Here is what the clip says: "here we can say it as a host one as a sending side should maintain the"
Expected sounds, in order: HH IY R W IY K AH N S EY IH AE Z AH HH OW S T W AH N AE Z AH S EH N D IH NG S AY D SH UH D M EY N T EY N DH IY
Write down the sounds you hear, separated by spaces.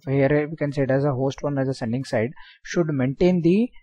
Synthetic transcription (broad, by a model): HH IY R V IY K AH N S EY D AE Z AH HH OW S T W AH N AE Z AH S EH N D IH NG S AY D SH UH D M EY N T EY N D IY